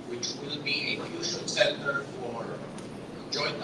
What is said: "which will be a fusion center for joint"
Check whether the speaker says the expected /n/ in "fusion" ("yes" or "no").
no